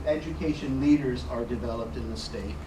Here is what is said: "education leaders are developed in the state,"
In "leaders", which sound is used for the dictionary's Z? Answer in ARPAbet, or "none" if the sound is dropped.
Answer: Z